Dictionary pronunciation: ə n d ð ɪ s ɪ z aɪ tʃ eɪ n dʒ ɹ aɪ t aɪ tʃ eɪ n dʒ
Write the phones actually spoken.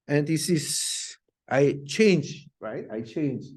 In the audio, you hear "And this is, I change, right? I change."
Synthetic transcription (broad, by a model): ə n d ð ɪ s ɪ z aɪ tʃ eɪ n dʒ ɹ aɪ t aɪ tʃ eɪ n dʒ